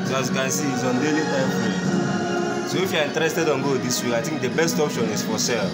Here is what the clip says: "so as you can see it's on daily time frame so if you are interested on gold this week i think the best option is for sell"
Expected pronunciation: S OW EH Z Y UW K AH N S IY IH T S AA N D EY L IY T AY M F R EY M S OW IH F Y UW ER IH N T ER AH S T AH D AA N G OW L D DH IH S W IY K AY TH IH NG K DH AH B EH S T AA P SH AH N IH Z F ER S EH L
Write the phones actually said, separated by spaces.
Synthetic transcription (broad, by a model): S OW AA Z Y UW K AH N S IY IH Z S AA N D EY L IY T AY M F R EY S OW IH F Y UW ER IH N T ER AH S T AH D AA N G OW D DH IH S W IY K AY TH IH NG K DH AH B EH S T AA P SH AH N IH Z F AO S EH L